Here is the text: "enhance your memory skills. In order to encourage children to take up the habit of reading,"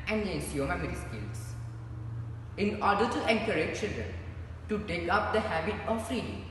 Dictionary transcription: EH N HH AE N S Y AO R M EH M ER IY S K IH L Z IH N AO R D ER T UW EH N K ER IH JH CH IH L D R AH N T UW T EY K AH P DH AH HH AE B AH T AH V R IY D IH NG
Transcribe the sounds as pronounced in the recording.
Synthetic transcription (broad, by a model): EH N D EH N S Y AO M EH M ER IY S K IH L S IH N AO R D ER T UW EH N K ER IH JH CH IH L D R AH N T UW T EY K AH P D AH HH AE B AH T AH F R IY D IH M